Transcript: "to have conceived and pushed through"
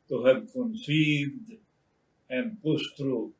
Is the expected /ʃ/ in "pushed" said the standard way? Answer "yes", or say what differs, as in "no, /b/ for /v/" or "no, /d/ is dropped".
no, /s/ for /ʃ/